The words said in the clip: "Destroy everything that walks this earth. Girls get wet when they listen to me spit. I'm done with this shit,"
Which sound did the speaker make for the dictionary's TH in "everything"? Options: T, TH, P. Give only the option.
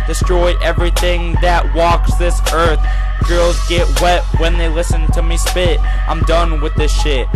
TH